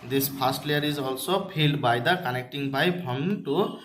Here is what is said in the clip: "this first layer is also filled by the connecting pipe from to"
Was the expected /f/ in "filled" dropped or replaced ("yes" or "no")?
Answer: yes